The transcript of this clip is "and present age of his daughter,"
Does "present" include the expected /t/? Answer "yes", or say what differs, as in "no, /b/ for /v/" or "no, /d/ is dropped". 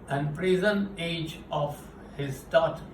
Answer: no, /t/ is dropped